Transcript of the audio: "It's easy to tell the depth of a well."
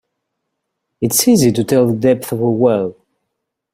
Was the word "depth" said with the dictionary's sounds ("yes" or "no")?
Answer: yes